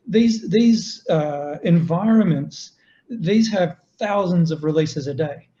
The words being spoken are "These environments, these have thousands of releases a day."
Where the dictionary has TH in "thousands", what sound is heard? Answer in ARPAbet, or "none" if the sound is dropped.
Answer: TH